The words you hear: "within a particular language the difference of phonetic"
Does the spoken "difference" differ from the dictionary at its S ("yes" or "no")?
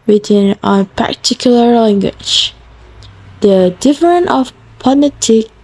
yes